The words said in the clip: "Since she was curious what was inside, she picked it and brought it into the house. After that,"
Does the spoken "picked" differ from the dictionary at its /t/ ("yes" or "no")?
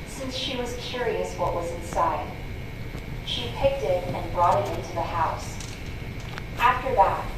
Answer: no